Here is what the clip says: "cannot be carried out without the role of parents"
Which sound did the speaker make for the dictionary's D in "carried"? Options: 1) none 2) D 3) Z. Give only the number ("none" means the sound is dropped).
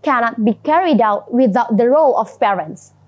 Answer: 2